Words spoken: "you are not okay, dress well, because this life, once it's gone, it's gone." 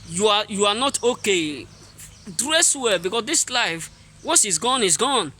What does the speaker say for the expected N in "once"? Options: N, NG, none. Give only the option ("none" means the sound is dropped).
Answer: none